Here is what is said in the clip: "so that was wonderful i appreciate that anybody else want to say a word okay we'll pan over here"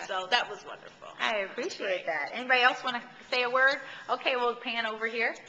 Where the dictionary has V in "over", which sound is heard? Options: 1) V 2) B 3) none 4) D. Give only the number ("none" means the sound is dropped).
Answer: 1